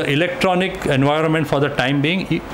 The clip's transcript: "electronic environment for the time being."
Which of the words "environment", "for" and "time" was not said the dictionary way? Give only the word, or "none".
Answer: none